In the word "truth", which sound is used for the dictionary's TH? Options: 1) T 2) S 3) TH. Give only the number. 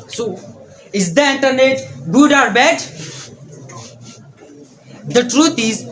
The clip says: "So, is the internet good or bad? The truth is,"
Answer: 1